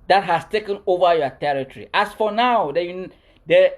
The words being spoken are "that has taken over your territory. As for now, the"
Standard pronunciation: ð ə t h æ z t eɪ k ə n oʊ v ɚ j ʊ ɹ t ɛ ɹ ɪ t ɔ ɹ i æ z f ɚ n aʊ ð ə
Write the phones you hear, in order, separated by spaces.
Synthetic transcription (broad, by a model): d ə t h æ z t eɪ k ə n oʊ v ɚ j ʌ t ɛ ɹ ɪ t ɔ ɹ i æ s f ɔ n aʊ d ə